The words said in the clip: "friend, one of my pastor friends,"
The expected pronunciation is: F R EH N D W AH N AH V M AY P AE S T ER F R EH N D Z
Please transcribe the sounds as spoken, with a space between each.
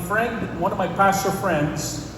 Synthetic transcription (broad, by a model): F R EH N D W AH N AH V M AY P AE S T ER F R EH N D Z